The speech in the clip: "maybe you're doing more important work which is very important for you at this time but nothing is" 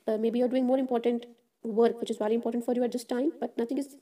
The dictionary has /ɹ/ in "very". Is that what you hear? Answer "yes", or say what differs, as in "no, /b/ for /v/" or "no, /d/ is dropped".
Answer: no, /l/ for /ɹ/